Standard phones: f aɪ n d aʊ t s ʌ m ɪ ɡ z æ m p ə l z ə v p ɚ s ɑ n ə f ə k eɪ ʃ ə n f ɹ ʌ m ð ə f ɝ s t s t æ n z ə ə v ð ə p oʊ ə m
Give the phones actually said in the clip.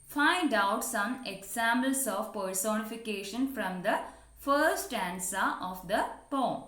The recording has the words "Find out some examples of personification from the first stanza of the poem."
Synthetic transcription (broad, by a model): f aɪ n d aʊ t s ʌ m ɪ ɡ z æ m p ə l s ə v p ɚ s ɑ n ə f ə k eɪ ʃ ə n f ɹ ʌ m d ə f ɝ t s t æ n s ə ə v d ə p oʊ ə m